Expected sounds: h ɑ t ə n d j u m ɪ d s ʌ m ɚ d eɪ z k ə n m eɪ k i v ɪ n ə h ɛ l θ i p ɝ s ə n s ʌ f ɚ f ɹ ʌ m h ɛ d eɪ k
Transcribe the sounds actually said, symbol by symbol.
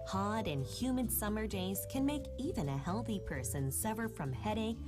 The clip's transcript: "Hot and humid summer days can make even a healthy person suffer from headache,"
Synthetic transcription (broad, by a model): h ɑ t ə n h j u m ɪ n s ʌ m ɚ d eɪ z k ə n m eɪ k i v ɪ n ə h ɛ l θ i p ɝ s ə n s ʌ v ɚ f ɹ ʌ m h ɛ d eɪ k